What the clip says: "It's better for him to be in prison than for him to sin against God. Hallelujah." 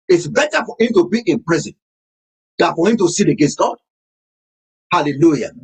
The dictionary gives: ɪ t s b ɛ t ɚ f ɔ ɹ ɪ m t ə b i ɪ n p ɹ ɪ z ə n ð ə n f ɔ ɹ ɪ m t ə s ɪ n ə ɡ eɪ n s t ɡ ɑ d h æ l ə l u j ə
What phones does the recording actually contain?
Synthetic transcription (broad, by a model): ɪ t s b ɛ t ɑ f ɔ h ɪ m t ə b i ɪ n p ɹ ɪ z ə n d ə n f ɔ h ɪ m t ə s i l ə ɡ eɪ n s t ɡ ɑ d h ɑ l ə l u j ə